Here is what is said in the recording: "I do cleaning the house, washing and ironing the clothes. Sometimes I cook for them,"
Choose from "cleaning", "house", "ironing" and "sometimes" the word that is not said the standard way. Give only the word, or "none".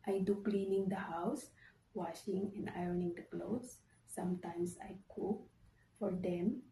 sometimes